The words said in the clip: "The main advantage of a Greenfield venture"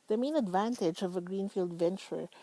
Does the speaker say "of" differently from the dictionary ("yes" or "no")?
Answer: no